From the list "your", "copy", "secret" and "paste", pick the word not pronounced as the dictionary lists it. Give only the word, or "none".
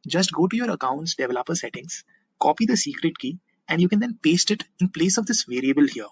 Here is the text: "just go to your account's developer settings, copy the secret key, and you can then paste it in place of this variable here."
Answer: none